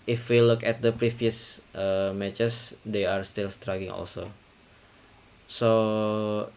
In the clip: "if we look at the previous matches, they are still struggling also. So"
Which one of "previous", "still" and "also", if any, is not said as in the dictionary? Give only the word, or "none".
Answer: previous